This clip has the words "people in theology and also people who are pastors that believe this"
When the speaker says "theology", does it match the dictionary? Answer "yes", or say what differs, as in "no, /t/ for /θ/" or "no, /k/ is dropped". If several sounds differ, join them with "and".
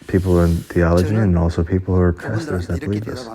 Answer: yes